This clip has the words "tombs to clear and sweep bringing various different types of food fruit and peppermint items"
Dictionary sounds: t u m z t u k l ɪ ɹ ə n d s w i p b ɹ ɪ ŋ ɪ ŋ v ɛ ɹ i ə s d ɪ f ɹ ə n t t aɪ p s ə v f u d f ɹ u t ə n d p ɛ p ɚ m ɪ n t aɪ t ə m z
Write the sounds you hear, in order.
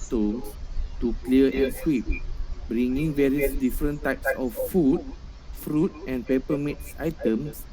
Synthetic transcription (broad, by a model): t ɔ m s t u k l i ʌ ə n s w i p b ɹ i ŋ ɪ ŋ v ɛ ɹ i ə s d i f ɹ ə n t t aɪ p s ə f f u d f ɹ u t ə n p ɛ p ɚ m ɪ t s aɪ t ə m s